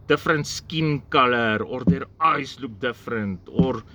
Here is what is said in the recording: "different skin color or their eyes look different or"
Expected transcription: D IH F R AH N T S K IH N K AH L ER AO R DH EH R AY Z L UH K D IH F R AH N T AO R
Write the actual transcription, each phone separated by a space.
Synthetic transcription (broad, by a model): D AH F R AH N T S K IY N K AH L ER AO R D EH R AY S L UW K D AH F R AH N T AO R